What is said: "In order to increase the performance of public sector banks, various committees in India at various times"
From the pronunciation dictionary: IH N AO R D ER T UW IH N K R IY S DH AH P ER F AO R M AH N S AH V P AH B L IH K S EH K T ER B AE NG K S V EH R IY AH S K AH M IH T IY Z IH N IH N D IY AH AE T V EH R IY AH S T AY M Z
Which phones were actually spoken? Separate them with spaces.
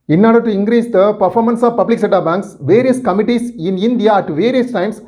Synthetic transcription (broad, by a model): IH N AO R D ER T UW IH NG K R IY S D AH P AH F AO R M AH N S AH V P AH B L IH K S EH T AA B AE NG K S V EH R IY AH S K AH M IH T IY S IH N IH N D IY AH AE T V EH R IY AH S T AY M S